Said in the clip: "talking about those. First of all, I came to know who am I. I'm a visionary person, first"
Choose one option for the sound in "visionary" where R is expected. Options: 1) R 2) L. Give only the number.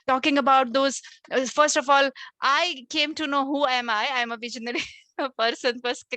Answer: 2